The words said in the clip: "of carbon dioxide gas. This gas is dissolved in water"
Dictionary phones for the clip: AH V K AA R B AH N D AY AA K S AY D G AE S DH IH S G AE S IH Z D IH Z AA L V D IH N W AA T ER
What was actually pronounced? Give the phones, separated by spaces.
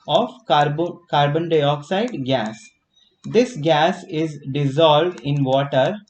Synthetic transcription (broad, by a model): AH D K AA R B AH N D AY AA K S AY D G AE S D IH S G AE S IH Z D IH Z AA L V D IH N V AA T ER